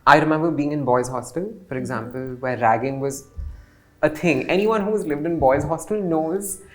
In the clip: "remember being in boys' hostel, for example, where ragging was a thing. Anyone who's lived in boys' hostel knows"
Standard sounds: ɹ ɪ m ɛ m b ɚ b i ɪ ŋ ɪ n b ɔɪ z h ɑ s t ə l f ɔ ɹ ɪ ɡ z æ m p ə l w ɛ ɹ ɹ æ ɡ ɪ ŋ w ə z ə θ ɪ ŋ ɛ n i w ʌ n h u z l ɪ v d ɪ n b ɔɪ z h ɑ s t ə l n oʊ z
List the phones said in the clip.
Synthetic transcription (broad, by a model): ɹ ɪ m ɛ m b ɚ b i ɪ ŋ ɪ n b ɔɪ z h ɑ s t ə l f ɔ ɹ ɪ ɡ z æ m p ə l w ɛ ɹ ɹ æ ɡ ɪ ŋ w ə z ə t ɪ ŋ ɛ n i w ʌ n h u z l ɪ v d ɪ n b ɔɪ z h ɑ s t ə l n oʊ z